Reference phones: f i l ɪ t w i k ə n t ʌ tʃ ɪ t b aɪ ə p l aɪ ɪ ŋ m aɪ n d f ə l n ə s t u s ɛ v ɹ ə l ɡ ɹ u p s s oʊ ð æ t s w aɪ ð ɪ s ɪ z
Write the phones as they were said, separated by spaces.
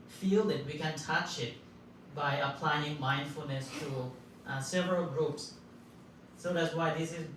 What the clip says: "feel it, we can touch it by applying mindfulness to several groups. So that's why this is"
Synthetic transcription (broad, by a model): f i l ɪ t w i k ə n t ʌ tʃ ɪ t b aɪ ə p l aɪ ɪ ŋ m aɪ n d f ə l n ə s t u s ɛ v ɹ ə l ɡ ɹ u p s s oʊ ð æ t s w aɪ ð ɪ s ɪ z